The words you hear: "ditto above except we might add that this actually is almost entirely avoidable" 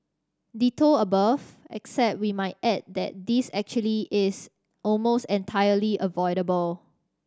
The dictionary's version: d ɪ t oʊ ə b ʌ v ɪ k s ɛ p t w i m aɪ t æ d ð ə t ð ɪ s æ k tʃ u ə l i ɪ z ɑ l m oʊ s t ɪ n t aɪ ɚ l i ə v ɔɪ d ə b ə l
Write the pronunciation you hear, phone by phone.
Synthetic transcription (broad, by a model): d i t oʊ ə b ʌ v ɪ k s ɛ p t w i m aɪ t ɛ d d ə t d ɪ s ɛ k tʃ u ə l i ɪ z ɑ l m oʊ s t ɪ n t aɪ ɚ l i ə v ɔɪ d ə b ə l